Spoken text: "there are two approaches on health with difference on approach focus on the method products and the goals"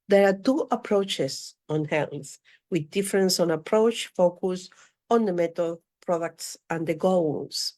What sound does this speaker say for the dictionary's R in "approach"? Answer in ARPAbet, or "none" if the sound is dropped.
R